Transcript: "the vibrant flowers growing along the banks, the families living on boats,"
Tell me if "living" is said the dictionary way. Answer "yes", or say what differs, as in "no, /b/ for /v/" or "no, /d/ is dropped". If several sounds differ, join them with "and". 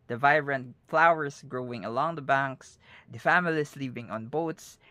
no, /p/ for /v/